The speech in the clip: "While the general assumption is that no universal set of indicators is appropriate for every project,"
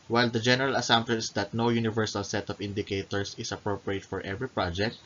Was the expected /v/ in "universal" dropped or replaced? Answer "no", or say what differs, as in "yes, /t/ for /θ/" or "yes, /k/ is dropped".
no